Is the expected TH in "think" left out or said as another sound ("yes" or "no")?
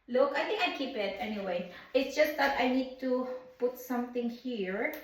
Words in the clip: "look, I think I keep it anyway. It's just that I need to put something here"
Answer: yes